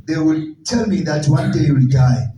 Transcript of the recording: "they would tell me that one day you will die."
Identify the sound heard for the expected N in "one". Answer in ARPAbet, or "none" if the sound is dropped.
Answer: N